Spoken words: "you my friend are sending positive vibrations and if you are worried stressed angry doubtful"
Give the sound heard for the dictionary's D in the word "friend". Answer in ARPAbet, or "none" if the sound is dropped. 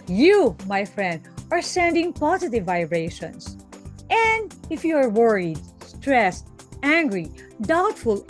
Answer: D